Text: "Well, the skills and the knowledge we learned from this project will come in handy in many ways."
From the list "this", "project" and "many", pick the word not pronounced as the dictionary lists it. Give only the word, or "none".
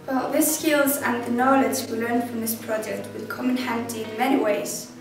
none